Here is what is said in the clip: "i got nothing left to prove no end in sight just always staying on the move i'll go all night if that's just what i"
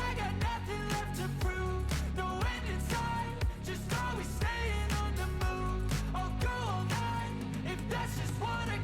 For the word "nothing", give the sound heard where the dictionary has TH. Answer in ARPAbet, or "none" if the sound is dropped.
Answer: TH